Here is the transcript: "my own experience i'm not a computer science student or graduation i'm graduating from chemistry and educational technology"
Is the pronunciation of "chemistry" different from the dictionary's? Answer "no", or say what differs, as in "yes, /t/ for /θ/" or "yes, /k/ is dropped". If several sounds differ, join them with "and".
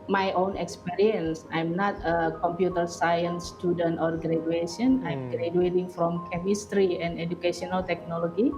no